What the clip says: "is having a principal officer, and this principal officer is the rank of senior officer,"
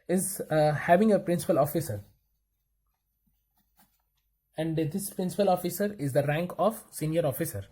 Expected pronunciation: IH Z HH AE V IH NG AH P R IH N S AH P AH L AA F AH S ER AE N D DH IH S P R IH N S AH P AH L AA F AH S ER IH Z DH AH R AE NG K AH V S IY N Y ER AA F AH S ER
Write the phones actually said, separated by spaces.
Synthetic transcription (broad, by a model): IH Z HH AE V IH NG AH P R IH N S AH P AH L AA F AH S ER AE N D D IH S P R IH N S AH P AH L AA F AH S ER IH Z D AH R AE NG K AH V S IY N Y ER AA F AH S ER